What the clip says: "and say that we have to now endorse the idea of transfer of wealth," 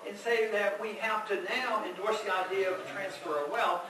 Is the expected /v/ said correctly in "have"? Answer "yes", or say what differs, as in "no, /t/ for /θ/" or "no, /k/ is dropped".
no, /f/ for /v/